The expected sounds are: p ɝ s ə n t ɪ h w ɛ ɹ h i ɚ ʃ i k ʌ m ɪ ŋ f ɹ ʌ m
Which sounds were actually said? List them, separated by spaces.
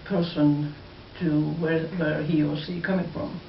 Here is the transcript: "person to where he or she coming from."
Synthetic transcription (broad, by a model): p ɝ s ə n t ɪ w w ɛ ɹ h i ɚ s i k ʌ m ɪ ŋ f ɹ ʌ m